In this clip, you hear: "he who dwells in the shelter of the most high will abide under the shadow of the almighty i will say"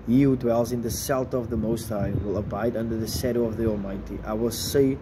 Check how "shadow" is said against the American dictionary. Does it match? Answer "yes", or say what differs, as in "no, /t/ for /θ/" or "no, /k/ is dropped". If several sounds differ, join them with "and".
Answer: no, /s/ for /ʃ/